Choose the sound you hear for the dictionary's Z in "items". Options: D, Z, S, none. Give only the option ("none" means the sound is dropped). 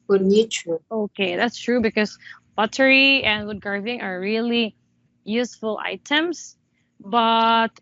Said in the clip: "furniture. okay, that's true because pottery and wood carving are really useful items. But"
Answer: S